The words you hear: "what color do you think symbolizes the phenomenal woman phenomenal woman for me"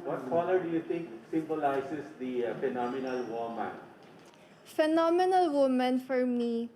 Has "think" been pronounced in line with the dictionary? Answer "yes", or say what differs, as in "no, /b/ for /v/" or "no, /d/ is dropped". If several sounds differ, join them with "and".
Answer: no, /t/ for /θ/